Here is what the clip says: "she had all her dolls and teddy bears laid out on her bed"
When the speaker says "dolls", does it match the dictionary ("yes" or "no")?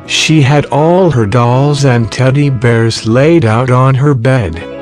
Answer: yes